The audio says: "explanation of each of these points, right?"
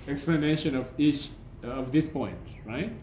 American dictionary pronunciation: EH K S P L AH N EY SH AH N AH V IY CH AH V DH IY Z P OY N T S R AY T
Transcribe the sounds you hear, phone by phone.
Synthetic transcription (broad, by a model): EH K S P L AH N EY SH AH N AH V IY CH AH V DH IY S P OY N T R AY T